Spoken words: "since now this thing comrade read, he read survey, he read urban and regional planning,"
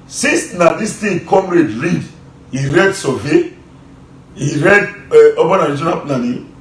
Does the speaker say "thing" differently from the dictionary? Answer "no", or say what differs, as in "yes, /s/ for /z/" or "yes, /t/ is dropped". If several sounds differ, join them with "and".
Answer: yes, /t/ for /θ/